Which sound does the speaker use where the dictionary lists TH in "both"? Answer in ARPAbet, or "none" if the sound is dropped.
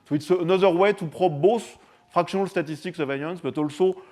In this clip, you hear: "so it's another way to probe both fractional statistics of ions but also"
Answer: S